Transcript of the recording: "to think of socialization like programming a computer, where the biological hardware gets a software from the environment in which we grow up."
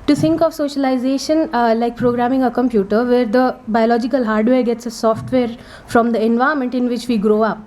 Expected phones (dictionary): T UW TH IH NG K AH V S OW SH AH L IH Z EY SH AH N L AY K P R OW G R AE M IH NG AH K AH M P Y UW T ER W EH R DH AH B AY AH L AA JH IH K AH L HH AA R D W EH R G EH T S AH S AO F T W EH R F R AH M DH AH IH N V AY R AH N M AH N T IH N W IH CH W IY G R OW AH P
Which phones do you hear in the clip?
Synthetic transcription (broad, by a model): T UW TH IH NG K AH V S OW SH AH L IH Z EY SH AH N L AY K P R OW G R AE M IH NG AH K AH M P Y UW T ER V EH R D AH B AY AH L AA JH IH K AH L HH AA R D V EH R G EH T S AH S AO F T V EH R F R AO M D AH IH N V AY AH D M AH N T IH N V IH CH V IY G R OW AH P